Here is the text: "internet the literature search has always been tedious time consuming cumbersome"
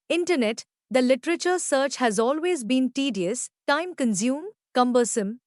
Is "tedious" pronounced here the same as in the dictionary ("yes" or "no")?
yes